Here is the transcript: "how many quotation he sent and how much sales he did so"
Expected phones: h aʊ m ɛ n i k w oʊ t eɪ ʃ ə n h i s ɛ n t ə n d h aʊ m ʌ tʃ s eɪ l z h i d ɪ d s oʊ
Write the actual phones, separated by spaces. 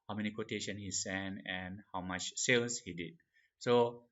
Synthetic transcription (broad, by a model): h aʊ m ɛ n i k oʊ t eɪ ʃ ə n h i s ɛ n ə n h aʊ m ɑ tʃ s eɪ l s h i d ɪ d s oʊ